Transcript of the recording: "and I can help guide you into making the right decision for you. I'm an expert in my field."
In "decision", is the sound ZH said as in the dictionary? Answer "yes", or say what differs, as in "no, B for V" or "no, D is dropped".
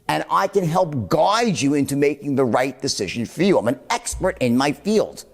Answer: yes